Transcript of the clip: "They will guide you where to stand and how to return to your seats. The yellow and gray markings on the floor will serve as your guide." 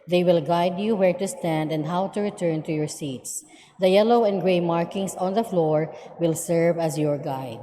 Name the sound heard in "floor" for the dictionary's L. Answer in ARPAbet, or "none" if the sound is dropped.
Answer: L